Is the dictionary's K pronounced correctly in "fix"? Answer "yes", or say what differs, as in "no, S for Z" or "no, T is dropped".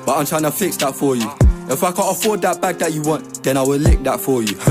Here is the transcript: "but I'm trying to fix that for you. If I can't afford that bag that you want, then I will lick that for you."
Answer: yes